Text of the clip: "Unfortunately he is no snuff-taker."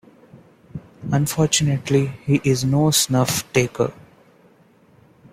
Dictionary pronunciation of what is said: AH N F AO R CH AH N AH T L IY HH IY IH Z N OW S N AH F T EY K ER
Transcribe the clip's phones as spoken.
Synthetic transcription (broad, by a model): AH N F AO R CH AH N AH T L IY HH IY IH Z N OW S N AH F T EY K ER